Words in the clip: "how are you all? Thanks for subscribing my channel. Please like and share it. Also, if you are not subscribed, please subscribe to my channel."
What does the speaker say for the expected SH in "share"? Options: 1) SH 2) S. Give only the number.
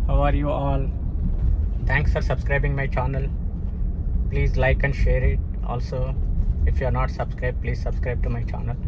1